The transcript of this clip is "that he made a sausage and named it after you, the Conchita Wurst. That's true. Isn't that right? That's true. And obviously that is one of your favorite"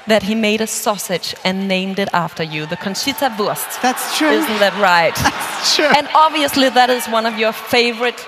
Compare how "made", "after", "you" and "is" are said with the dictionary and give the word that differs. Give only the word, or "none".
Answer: none